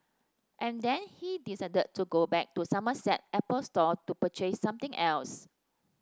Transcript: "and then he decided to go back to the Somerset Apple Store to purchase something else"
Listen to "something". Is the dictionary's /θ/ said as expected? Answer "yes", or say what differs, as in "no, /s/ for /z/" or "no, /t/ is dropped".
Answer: no, /t/ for /θ/